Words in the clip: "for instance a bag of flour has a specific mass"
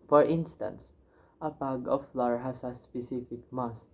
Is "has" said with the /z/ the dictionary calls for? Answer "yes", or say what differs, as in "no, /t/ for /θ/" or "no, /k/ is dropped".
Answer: no, /s/ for /z/